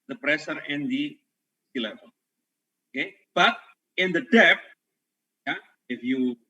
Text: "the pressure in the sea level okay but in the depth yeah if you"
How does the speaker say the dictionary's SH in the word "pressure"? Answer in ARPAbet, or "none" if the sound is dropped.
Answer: S